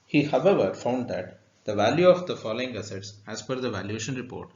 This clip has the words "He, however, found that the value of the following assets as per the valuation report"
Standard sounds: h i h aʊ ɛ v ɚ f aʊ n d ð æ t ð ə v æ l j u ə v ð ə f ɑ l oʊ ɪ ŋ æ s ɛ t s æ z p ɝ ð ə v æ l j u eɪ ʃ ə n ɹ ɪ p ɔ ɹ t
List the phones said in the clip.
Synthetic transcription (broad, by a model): h i h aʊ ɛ v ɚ f aʊ n d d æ t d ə v æ l j u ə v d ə f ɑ l oʊ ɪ ŋ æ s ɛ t s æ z f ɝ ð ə v æ l j u eɪ ʃ ə n ɹ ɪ p ɔ ɹ t